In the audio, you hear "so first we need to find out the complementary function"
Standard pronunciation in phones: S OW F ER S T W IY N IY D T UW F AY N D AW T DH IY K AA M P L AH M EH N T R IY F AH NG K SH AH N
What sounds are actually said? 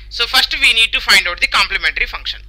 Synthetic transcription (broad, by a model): S OW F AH S T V IY N IY D T UW F AY N D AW T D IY K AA M P L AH M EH N T R IY F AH NG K SH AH N